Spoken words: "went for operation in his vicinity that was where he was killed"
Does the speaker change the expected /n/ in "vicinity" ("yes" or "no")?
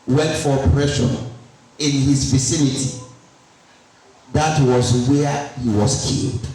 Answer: no